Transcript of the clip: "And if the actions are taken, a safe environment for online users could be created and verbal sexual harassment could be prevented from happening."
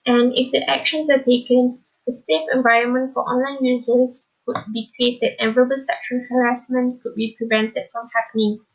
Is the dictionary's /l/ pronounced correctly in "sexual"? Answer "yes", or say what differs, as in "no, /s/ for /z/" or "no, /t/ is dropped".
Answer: no, /n/ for /l/